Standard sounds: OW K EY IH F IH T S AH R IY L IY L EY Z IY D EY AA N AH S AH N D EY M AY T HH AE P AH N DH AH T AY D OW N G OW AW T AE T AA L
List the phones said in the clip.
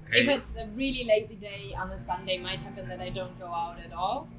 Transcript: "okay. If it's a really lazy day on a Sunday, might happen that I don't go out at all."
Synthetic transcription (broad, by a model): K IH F IH T S AH R IY L IY L EY Z IY D EY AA N AH S AH N D EY M AY T HH AE P AH N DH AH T AY D OW N G OW AW T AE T AA L